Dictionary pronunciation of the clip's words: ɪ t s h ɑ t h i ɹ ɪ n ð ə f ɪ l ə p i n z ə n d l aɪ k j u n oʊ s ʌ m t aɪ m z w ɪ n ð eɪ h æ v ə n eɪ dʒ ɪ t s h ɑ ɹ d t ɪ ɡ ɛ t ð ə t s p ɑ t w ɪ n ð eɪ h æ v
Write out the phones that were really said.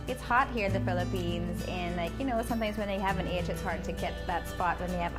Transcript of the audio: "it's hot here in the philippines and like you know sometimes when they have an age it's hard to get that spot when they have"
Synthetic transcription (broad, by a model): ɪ t s h ɑ t h i ɹ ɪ ð ə f ɪ l ə p i n z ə n l aɪ k j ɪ n oʊ s ʌ m t aɪ m z w ɪ n ð eɪ h æ v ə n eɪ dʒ ɪ t s h ɑ ɹ d t ɪ ɡ ɛ t ð ə t s p ɑ t w ɪ n ð eɪ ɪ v